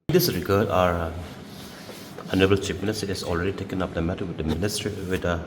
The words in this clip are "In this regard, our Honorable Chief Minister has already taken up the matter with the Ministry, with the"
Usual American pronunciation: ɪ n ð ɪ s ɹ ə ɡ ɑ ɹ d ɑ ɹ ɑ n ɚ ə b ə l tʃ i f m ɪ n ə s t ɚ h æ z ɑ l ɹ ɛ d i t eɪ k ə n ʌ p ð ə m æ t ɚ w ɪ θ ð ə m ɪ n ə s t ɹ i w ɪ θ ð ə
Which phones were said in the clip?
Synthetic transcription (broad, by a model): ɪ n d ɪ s ɹ ə ɡ ɑ ɹ d ɑ ɹ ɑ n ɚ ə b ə l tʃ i p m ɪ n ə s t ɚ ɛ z ɑ l ɹ ɛ d i t eɪ k ə n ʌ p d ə m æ t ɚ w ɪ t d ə m ɪ n ə s t ɹ i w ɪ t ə